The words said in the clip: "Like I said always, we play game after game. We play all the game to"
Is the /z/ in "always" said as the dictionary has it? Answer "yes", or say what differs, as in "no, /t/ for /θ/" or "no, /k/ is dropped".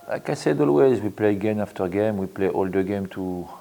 yes